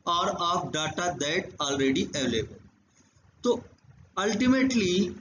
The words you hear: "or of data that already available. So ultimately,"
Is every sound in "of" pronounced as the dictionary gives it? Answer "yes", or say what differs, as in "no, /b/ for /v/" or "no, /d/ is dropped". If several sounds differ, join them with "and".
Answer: no, /p/ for /v/